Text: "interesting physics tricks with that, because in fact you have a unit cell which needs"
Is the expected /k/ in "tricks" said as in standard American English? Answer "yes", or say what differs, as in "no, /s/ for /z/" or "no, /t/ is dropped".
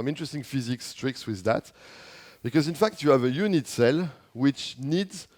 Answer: yes